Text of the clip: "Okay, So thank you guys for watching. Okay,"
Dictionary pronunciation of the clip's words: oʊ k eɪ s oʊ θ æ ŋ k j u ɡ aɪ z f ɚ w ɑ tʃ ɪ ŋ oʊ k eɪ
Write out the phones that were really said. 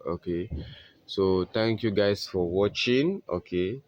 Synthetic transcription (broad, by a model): oʊ k eɪ s oʊ t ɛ ŋ k j u ɡ aɪ s f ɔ w ɑ tʃ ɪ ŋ oʊ k eɪ